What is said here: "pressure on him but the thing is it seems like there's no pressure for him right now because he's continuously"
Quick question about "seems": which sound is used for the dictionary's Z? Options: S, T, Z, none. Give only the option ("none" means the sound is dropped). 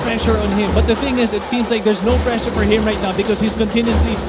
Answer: Z